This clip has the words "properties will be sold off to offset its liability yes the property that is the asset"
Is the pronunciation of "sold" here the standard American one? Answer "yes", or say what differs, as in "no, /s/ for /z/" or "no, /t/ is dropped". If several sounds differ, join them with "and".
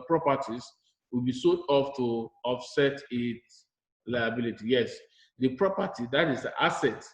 no, /l/ is dropped